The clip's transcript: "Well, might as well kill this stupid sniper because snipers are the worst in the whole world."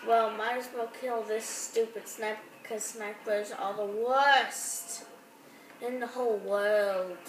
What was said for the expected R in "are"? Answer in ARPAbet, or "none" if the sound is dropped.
L